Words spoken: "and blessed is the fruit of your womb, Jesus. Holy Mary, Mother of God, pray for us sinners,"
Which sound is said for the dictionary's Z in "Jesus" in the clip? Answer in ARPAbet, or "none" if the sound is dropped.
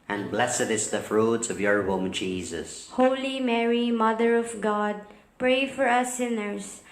Z